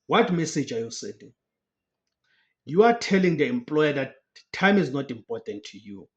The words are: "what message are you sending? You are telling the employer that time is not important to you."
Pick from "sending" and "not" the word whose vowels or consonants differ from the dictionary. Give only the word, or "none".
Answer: sending